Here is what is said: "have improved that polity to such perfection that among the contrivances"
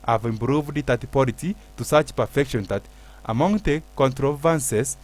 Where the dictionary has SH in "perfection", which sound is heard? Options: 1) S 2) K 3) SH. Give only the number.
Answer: 3